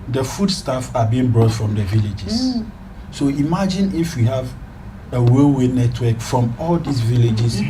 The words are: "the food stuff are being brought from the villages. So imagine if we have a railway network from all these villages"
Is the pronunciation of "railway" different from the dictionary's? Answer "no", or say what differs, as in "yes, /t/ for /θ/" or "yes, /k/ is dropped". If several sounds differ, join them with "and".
yes, /w/ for /ɹ/